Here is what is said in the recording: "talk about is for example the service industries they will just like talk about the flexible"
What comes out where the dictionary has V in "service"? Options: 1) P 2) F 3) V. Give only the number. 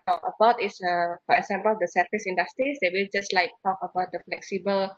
2